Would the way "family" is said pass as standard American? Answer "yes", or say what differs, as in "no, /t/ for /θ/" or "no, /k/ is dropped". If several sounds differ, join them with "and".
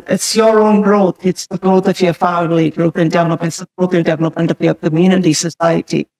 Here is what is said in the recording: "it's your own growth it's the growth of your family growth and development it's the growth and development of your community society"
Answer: no, /m/ is dropped